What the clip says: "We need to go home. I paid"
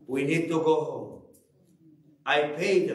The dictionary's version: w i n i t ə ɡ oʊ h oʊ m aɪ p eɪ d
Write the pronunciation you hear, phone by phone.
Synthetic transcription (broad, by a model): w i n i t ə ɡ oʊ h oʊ aɪ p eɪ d